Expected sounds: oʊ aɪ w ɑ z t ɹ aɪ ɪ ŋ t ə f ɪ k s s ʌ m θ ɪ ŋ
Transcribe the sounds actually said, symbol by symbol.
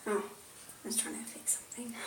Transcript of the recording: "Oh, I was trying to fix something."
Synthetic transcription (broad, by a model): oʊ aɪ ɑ s t ɹ aɪ ɪ ŋ t ə f ɪ k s s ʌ m θ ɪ ŋ